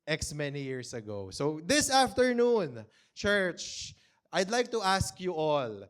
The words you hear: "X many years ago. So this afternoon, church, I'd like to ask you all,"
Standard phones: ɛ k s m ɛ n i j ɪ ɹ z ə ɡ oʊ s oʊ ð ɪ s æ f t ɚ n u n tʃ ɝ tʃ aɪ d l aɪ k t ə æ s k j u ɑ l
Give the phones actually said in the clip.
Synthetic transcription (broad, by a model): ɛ k s m ɛ n i j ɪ ɹ s ə ɡ oʊ s oʊ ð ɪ s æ f t ɚ n u n tʃ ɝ tʃ aɪ d l aɪ k t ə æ s k j u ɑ l